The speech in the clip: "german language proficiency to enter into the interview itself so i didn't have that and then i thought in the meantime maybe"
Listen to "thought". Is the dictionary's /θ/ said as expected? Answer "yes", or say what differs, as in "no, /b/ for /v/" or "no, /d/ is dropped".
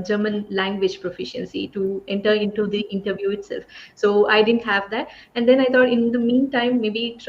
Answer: no, /t/ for /θ/